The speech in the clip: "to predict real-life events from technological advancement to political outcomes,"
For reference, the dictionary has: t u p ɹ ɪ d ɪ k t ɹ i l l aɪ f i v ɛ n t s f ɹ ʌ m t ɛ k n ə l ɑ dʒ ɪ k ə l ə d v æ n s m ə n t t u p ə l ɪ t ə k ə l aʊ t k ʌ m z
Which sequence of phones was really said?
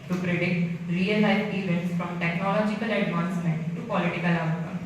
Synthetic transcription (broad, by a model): t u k ɹ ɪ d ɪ t ɹ i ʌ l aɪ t i v ɛ n t s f ɹ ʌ m t ɛ k n ə l ɑ dʒ ɪ k ə l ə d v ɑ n s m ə n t t u p ə l ɪ t ə k ə l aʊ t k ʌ